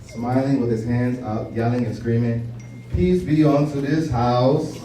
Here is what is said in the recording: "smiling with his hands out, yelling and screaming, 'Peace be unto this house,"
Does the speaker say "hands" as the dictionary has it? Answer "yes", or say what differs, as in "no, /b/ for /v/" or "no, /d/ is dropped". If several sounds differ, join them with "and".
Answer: yes